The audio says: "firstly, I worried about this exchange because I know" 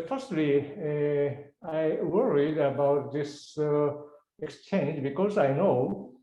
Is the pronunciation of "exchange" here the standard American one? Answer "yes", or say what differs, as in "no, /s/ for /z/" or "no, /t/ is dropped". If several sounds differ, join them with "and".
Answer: yes